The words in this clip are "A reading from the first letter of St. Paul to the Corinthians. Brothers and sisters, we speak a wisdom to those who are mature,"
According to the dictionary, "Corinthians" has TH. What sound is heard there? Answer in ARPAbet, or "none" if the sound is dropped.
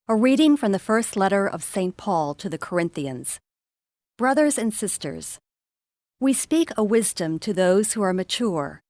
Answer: TH